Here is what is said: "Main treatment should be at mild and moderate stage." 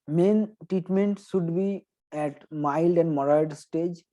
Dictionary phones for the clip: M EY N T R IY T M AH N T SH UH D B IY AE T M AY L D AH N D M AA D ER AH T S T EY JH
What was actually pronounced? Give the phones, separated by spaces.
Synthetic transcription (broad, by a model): M EY N T R IY T M AH N T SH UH D B IY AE T M AY L D AH N D M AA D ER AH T S T EY JH